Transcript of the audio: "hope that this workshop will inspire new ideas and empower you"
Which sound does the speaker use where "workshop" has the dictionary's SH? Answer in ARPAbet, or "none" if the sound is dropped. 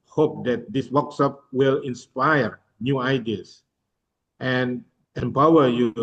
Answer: S